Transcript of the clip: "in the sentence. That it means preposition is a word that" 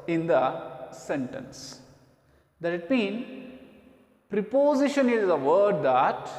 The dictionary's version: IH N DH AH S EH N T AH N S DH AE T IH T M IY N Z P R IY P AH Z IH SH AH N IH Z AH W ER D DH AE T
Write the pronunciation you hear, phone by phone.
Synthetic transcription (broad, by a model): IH N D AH S EH N T AH N S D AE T IH T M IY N P R IY P AH Z IH SH AH N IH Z AH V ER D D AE T